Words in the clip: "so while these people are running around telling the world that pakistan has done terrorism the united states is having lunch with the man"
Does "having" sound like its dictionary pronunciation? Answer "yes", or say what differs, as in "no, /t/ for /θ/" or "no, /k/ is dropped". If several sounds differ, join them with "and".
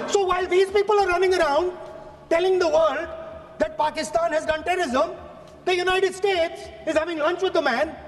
yes